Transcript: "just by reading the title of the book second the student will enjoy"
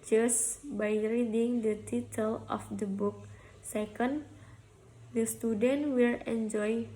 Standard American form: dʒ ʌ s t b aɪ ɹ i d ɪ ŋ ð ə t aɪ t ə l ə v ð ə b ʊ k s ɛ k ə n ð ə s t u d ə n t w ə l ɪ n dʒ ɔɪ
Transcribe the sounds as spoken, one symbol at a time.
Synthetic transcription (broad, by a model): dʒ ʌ s b aɪ ɹ i d ɪ ŋ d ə t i t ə l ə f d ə b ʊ k s ɛ k ə n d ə s t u d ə n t w ə l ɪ n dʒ ɔɪ